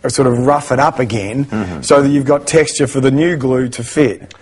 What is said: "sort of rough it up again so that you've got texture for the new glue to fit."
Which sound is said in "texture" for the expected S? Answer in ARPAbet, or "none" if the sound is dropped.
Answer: S